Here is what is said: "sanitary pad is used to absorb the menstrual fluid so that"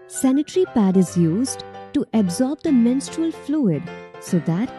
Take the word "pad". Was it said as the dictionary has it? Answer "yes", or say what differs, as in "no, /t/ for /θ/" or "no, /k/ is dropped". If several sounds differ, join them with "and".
yes